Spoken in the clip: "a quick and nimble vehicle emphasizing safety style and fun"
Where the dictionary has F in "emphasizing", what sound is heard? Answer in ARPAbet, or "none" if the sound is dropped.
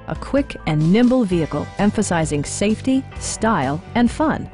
F